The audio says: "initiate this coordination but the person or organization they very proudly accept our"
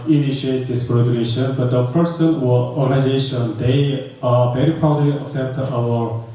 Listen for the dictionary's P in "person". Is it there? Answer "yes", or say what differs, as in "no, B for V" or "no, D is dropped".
no, F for P